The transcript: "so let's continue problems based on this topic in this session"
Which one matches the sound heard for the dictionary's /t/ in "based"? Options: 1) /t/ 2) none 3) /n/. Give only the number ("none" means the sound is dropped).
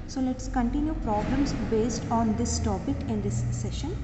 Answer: 1